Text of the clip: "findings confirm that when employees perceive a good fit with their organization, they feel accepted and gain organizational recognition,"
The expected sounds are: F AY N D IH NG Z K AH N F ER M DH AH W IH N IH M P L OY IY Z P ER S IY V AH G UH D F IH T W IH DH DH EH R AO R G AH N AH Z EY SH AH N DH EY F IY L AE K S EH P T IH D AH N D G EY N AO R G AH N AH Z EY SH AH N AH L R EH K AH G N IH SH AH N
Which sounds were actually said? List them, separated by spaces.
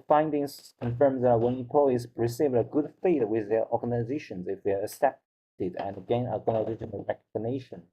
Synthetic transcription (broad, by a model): F AY N D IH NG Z K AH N F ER M DH AH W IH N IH P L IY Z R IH S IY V AH G UH D F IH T W IH DH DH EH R AO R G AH N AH Z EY SH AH N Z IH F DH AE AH S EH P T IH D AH N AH G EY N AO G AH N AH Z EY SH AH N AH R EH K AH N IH SH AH N